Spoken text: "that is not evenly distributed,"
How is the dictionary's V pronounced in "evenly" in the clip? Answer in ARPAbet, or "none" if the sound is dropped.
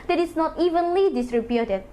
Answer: V